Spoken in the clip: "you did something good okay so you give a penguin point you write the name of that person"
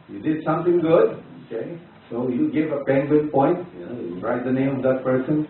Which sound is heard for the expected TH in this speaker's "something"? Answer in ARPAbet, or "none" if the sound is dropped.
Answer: T